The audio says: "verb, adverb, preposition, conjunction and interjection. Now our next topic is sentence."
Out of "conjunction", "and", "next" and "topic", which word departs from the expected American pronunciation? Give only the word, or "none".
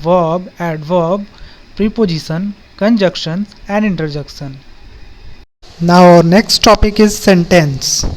conjunction